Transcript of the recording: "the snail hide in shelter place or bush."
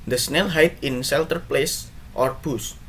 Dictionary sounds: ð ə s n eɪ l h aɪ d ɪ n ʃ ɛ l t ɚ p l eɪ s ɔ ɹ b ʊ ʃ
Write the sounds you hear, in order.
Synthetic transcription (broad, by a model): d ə s n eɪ l h aɪ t ɪ n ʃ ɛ l t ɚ p l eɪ s ɔ ɹ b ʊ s